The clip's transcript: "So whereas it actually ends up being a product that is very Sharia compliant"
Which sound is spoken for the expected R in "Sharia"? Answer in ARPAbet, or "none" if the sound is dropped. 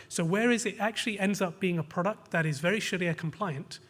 L